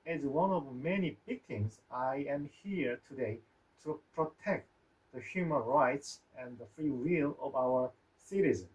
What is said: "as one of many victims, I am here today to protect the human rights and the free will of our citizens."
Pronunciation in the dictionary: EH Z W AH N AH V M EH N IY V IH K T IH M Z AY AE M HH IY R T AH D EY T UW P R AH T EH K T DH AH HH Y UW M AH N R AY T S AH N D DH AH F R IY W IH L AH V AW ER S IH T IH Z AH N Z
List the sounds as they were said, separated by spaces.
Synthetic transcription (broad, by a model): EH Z W AH N AH V M EH N IY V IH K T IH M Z AY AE M HH IY R T AH D EY T UW P R AH T EH K T DH AH HH Y UW M AH N R AY T S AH N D DH AH F R IY W IH L AH V AW ER S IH T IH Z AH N